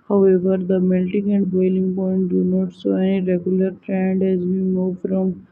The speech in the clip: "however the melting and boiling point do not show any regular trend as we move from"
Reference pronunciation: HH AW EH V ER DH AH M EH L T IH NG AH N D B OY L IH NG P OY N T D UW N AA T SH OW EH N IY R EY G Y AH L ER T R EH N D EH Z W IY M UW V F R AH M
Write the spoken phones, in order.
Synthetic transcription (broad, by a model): HH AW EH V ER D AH M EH L T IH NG AH N D B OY L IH NG P OY N T D UW N AA T S OW EH N IY R EY G Y AH L ER T R EH N D EH Z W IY M UW V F R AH M